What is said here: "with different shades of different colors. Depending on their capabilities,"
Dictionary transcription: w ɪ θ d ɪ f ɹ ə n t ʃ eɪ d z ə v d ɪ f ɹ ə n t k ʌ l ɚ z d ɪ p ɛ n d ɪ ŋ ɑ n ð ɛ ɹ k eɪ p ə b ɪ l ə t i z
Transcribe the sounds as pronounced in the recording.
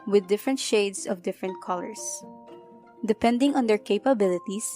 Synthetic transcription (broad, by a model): w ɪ d ɪ f ɹ ə n t ʃ eɪ d s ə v d ɪ f ɹ ə n t k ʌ l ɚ s d ɪ p ɛ n d ɪ ŋ ɑ n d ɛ ɹ k eɪ p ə b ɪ l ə t i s